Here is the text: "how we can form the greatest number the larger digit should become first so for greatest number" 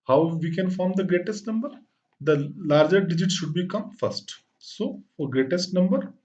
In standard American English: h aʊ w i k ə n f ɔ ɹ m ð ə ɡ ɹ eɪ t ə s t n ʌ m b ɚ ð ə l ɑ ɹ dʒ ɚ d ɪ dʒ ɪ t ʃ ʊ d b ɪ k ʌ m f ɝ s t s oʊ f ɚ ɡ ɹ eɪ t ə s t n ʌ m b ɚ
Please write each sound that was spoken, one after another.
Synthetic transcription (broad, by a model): h aʊ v i k ə n f ɔ ɹ m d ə ɡ ɹ eɪ t ə s t n ʌ m b ɚ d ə l ɑ ɹ dʒ ɚ d ɪ dʒ ɪ t ʃ ʊ d b ɪ k ʌ m f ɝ s t s oʊ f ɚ ɡ ɹ eɪ t ə s t n ʌ m b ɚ